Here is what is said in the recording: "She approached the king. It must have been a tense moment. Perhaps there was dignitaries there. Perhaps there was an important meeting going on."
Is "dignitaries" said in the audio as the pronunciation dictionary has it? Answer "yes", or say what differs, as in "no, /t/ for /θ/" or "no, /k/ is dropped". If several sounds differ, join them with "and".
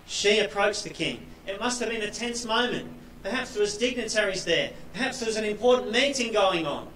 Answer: yes